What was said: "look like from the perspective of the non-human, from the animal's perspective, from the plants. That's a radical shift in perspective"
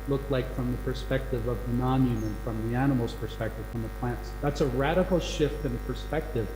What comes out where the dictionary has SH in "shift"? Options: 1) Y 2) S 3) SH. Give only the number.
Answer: 3